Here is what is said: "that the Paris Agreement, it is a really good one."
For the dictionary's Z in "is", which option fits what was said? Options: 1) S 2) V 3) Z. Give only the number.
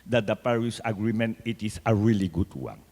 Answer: 1